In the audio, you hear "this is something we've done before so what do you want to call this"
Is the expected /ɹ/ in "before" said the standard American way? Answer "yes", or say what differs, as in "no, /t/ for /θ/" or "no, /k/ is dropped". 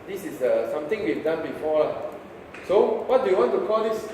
no, /l/ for /ɹ/